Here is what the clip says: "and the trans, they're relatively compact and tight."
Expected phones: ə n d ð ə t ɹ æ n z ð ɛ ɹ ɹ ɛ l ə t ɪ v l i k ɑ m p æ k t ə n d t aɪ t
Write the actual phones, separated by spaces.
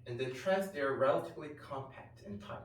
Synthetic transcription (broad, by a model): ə n ð ə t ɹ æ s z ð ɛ ɹ ɹ ɛ l ə t ɪ v l i k ɑ m p æ k t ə n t aɪ